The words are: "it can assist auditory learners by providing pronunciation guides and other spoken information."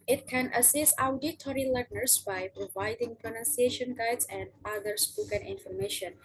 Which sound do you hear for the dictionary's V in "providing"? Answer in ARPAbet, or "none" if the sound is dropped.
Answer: V